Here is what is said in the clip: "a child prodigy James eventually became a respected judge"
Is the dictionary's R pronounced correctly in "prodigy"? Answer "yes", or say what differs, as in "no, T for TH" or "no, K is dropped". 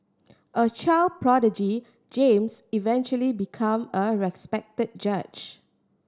yes